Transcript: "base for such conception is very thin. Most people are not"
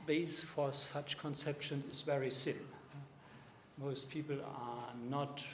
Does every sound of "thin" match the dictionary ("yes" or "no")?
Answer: no